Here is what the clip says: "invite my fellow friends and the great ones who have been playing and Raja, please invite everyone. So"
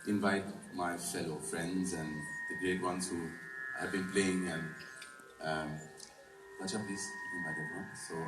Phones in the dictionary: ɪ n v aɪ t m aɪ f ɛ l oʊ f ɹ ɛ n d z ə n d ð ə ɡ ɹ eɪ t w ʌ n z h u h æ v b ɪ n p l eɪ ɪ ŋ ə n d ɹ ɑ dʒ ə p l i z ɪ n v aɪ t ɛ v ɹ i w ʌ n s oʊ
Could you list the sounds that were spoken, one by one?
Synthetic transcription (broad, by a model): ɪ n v aɪ t m aɪ f ɛ l oʊ f ɹ ɛ n d z ə n d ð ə ɡ ɹ eɪ t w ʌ n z h u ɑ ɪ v b ɪ n p l eɪ ɪ ŋ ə n d w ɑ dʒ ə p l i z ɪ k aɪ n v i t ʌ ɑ s oʊ